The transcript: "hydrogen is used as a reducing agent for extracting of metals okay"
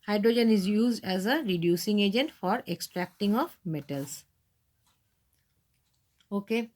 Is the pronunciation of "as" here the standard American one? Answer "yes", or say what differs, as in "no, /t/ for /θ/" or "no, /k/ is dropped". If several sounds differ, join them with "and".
yes